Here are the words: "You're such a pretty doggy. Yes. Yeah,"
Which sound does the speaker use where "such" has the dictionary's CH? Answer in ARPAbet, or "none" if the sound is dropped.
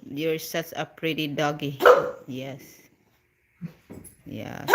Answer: S